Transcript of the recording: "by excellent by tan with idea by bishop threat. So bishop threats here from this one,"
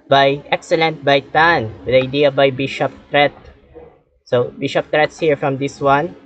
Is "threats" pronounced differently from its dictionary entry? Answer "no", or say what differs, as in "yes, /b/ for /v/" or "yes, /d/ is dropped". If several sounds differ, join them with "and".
yes, /t/ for /θ/